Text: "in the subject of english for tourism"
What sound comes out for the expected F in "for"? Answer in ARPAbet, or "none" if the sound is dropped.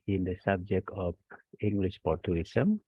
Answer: P